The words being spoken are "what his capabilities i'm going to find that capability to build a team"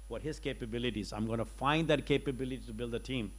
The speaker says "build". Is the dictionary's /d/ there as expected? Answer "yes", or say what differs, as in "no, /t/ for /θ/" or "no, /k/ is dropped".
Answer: yes